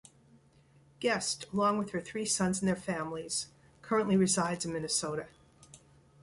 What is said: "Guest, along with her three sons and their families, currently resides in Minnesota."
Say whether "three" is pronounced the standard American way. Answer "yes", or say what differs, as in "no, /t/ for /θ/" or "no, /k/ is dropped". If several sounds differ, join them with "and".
yes